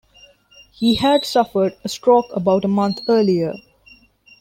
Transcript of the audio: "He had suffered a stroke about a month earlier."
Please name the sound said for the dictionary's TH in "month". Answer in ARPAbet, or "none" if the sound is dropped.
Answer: T